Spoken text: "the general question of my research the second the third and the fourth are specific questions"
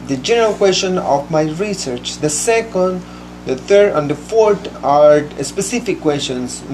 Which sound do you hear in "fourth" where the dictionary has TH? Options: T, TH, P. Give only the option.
T